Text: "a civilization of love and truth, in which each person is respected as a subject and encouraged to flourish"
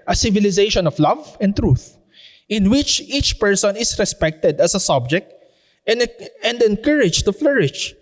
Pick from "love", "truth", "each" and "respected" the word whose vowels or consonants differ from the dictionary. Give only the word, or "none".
none